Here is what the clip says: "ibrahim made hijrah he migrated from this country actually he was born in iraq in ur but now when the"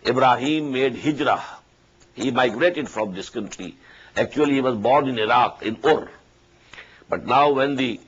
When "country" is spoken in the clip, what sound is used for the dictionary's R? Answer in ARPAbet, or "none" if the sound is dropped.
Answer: L